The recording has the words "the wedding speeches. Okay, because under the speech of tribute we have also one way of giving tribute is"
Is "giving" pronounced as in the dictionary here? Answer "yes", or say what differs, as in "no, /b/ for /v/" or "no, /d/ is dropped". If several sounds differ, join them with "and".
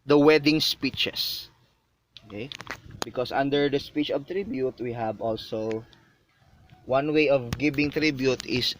no, /b/ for /v/